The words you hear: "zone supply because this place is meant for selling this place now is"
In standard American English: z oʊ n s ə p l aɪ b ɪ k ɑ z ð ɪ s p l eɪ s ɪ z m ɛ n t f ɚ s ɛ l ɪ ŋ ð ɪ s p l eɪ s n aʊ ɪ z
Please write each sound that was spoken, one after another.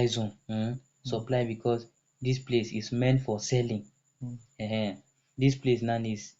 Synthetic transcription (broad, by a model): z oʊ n s ə p l aɪ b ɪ k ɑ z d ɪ s p l eɪ s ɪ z m ɛ n t f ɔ s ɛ l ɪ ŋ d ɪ s p l eɪ s n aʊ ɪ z